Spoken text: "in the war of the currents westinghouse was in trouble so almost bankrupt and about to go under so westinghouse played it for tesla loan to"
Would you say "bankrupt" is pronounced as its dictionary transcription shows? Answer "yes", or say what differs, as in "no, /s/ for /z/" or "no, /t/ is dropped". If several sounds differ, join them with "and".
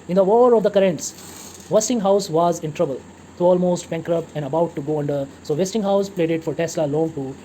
no, /t/ is dropped